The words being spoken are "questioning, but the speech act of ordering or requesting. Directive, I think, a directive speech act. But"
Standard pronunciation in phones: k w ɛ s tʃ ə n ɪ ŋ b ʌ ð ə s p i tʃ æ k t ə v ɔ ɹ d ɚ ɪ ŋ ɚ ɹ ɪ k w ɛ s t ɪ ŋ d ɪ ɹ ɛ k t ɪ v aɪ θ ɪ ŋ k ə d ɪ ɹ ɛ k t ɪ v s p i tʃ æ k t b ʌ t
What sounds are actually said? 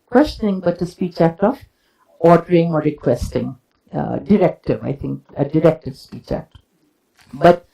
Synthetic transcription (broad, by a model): k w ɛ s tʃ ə n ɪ ŋ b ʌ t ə s p i tʃ æ k t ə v ɔ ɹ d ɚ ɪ ŋ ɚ ɹ ɪ k w ɛ s t ɪ ŋ d ɪ ɹ ɛ k t ɪ v aɪ t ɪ ŋ k ə d ɪ ɹ ɛ k t ɪ v s p i tʃ æ k t b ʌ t